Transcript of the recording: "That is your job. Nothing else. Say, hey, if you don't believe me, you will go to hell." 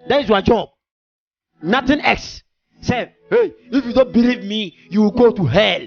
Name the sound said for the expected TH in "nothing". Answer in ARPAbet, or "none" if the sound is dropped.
T